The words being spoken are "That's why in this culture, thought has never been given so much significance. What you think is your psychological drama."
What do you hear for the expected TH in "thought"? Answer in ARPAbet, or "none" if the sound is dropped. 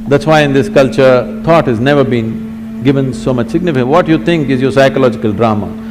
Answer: T